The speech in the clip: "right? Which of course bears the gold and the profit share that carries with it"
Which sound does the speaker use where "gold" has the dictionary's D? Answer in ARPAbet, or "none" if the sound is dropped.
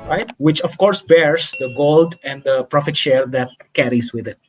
D